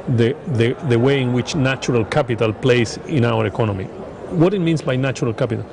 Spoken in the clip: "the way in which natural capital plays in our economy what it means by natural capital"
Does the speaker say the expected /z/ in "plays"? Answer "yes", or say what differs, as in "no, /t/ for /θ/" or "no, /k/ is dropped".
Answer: no, /s/ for /z/